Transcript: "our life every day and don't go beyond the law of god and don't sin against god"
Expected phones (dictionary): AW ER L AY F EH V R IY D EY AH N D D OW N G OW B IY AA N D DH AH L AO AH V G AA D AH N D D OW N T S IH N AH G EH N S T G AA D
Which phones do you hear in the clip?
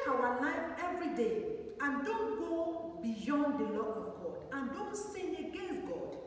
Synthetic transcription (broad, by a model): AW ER N AY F EH V R IY D EY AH N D D OW N G OW B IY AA N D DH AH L AO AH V G AA D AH N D D OW N T S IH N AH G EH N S G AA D